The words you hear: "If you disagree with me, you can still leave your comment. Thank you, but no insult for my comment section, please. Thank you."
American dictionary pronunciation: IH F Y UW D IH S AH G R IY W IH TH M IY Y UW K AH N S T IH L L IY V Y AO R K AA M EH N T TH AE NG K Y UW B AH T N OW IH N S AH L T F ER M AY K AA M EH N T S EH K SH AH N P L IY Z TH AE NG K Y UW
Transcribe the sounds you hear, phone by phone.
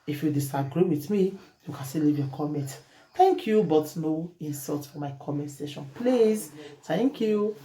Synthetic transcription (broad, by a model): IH F Y UW D IH S AH G R IY W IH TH M IY Y UW K AH N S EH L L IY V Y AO K AA M EH N T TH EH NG K Y UW B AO T N OW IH N S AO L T F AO M AY K AA M EH N T S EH SH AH N P L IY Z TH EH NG K Y UW